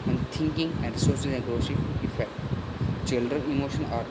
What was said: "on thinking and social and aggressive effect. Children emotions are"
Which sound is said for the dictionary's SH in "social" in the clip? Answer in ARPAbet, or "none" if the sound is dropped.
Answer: S